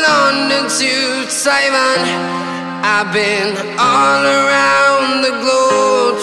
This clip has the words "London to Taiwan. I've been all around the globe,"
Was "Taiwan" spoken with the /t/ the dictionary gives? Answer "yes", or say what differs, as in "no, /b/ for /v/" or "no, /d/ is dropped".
no, /s/ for /t/